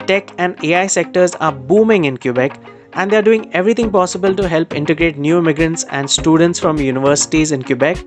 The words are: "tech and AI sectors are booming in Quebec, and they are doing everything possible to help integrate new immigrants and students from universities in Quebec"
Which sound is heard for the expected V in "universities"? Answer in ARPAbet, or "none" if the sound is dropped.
V